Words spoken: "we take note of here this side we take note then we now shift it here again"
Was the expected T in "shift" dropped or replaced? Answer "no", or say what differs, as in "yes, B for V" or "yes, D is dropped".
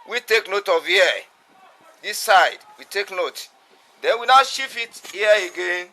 yes, T is dropped